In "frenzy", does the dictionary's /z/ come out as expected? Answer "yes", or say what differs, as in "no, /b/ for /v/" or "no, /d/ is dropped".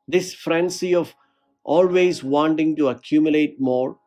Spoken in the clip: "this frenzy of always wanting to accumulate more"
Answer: no, /s/ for /z/